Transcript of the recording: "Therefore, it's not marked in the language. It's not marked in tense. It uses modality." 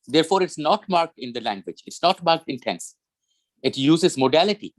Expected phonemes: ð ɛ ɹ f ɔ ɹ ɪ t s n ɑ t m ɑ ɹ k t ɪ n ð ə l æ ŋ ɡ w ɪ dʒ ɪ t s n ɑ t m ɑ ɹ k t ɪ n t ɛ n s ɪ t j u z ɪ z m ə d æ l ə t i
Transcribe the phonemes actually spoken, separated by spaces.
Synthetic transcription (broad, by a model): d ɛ ɹ f ɔ ɹ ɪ t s n ɑ t m ɑ ɹ k t ɪ n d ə l æ ŋ ɡ w ɪ dʒ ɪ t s n ɑ t m ɑ ɹ k t ɪ n t ɛ n s ɪ t j u z ɪ z m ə d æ l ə t i